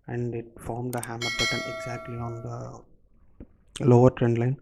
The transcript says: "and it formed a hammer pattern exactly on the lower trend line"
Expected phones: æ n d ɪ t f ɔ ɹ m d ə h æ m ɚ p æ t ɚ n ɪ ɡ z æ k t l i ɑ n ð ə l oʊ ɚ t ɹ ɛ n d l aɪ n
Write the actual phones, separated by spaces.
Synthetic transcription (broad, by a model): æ n d ɪ t f ɔ ɹ m d ə h æ m ɚ b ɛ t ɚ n ɪ ɡ z æ k t l i ɑ n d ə l oʊ ɚ t ɹ ɛ n d l aɪ n